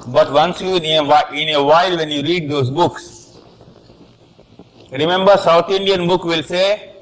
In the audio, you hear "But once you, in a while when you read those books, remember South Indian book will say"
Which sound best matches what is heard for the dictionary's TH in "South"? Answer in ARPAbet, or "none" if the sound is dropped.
T